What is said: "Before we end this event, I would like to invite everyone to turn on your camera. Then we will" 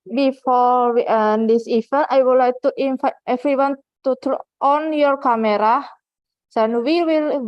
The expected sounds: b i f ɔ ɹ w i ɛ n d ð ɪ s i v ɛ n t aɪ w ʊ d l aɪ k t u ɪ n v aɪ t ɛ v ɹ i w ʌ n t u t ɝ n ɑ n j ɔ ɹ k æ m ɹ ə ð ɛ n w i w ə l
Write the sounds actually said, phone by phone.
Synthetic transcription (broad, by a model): b i f ɔ ɹ w i n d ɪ s i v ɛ n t aɪ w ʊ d l aɪ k t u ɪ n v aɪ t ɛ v ɹ i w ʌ n t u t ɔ ɑ n j ɔ ɹ k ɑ m ɹ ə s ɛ n w i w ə l